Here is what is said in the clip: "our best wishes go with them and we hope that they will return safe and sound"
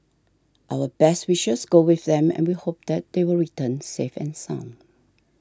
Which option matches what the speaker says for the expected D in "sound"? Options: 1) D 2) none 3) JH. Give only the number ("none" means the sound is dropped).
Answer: 2